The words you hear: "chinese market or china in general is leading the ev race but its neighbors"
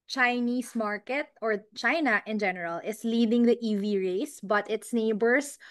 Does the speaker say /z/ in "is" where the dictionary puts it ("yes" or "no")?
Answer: no